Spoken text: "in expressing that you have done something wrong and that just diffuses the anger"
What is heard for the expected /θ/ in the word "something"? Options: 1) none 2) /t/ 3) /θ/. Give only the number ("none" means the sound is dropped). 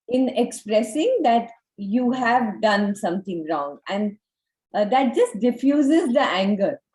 2